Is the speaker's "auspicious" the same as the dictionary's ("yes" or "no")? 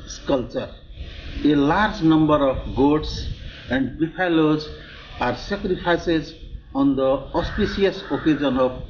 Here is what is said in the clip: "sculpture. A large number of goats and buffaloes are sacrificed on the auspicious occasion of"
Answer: no